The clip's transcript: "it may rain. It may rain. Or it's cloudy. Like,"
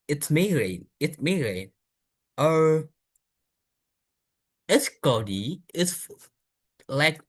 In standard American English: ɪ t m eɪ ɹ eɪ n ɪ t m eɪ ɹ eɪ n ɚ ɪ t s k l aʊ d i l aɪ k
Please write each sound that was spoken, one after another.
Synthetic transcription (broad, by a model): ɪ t m eɪ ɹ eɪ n ɪ t m eɪ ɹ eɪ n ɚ ɪ t s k aʊ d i l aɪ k